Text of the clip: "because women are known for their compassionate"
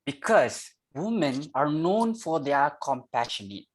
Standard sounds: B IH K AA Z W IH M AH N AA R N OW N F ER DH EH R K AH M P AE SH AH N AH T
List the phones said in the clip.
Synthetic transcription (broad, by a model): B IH K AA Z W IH M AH N AA R N OW N F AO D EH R K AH M P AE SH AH N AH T